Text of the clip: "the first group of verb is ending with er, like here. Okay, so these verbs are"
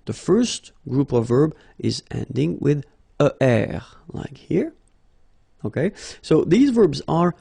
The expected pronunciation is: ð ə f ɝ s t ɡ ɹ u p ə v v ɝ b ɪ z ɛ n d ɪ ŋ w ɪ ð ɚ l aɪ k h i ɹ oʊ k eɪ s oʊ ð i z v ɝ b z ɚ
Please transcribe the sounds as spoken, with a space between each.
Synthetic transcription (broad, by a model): ð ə f ɝ s t ɡ ɹ u p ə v v ɝ b ɪ z ɛ n d ɪ ŋ w ɪ ð ɚ l aɪ k h i ɹ oʊ k eɪ s oʊ ð i z v ɝ b z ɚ